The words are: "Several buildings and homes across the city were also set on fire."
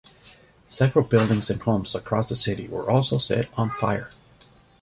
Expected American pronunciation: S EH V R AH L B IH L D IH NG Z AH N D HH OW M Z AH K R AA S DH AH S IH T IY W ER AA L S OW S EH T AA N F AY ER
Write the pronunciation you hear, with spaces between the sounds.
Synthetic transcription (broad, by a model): S EH V R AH L B IH L D IH NG Z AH N HH OW M Z AH K R AA S DH AH S IH T IY W ER AA L S OW S EH T N F AY ER